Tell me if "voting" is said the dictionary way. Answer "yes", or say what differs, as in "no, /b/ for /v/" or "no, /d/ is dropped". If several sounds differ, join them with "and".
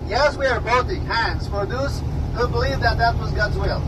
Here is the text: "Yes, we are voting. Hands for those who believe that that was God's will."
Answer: no, /b/ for /v/